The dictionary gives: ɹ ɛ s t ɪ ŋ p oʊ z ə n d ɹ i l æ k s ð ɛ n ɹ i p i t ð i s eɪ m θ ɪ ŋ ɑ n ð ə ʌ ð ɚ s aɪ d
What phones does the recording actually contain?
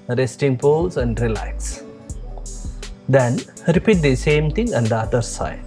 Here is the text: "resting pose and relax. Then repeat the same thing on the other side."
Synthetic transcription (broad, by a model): ɹ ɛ s t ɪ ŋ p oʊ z ə n d ɹ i l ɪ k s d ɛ n ɹ i p i t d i s eɪ m t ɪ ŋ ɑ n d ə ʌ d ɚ s aɪ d